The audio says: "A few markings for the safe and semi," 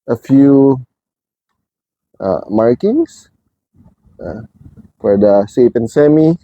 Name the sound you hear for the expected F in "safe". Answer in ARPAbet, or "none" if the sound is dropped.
P